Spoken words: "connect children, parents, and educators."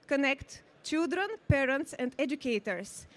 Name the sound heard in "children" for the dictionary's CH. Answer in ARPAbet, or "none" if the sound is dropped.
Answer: CH